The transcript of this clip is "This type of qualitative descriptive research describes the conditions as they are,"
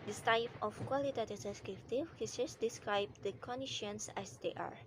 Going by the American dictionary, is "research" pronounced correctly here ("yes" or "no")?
no